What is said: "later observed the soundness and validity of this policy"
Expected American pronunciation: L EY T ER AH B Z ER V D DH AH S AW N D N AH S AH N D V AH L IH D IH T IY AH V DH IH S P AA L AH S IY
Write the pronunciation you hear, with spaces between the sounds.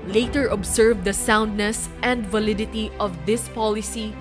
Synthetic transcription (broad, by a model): L EY T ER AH B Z ER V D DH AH S AW N D N AH S AH N D V AH L IH D IH T IY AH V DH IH S P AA L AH S IY